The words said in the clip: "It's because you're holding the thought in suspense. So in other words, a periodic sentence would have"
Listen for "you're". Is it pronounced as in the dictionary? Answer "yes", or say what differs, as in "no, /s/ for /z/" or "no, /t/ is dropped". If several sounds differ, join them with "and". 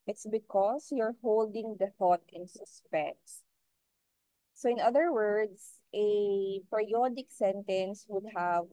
yes